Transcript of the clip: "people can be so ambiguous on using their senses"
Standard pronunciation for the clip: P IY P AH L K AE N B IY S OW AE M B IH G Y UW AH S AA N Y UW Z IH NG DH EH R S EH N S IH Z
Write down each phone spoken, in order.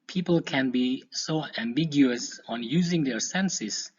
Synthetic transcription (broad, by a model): P IY P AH L K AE N B IY S OW AE M B IH G Y UW AH S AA N Y UW Z IH NG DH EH R S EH N S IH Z